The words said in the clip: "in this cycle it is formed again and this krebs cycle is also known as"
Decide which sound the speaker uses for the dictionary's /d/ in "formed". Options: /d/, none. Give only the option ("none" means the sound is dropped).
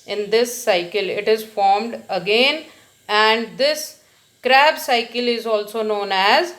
/d/